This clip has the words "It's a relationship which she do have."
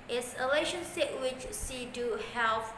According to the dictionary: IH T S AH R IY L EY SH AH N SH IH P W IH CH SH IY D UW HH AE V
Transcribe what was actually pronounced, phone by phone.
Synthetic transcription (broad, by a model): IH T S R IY L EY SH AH N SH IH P W IH CH S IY D UW HH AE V